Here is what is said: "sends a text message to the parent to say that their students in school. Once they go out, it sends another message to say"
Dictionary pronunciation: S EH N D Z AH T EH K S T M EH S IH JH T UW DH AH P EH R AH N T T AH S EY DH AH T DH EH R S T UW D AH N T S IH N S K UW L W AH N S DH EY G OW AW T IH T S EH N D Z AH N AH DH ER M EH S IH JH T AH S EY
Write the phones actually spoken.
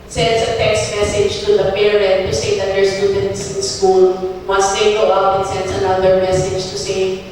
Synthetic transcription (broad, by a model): S EH N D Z AH T EH K S T M EH S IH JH T UW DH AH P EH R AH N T T AH S EY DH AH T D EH R S T UW D AH N T S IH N S K UW L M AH S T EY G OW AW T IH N S EH N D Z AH N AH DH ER M EH S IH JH T AH S EY